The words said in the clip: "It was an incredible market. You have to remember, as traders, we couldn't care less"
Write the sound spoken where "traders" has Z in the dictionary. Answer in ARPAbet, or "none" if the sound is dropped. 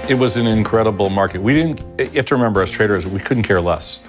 Z